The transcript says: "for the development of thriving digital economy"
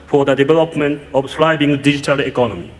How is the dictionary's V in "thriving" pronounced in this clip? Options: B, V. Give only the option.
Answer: B